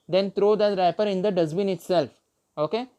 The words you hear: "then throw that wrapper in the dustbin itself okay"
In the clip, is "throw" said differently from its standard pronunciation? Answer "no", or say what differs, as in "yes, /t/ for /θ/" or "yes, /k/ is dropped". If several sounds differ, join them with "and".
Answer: yes, /t/ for /θ/